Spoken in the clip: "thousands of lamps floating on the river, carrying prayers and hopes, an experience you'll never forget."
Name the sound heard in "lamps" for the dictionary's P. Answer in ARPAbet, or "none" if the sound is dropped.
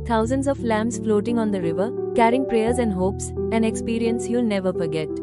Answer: none